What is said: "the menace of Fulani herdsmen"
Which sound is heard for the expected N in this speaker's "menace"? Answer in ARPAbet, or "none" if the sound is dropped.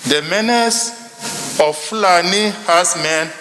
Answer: N